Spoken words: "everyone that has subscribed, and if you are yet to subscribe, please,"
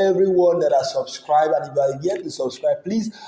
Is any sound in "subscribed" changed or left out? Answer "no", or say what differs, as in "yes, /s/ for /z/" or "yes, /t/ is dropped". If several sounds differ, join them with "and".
yes, /d/ is dropped